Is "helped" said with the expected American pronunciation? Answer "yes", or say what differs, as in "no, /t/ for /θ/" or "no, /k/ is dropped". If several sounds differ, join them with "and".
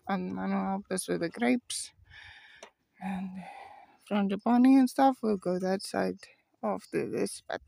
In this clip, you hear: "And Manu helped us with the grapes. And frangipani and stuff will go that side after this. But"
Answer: no, /t/ is dropped